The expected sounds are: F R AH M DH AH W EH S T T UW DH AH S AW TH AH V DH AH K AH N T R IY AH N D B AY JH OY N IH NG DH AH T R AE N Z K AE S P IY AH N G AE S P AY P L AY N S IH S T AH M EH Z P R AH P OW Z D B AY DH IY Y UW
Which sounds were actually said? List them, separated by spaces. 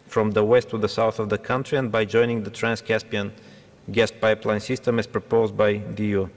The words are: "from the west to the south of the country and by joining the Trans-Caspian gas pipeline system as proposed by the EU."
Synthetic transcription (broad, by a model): F R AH M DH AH W EH S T T UW DH AH S AW TH AH V DH AH K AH N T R IY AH N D B AY JH OY N IH NG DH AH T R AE N S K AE S P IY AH N G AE S P AY P L AY N S IH S T AH M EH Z P R AH P OW Z D B AY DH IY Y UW